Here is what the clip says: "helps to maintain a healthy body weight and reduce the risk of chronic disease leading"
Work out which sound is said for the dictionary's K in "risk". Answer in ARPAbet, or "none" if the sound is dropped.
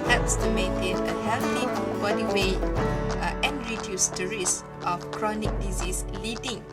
none